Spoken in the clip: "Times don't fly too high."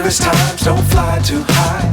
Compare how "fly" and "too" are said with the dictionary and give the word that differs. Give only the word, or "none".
none